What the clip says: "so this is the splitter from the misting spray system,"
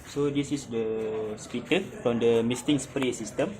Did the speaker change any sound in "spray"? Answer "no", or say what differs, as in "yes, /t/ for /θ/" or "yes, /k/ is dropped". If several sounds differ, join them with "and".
no